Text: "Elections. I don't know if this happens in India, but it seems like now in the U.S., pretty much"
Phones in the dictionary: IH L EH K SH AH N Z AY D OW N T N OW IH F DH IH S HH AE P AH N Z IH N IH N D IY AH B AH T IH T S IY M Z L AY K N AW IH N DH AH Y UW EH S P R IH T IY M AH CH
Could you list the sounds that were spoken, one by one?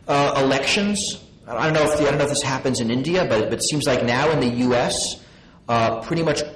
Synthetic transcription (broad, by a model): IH L EH K SH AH N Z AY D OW N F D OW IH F DH IH S HH AE P AH N Z IH N IH N D IY AH B AH T IH T S IY M Z L AY K N AW IH N DH AH Y UW EH S P R IH T IY M AH CH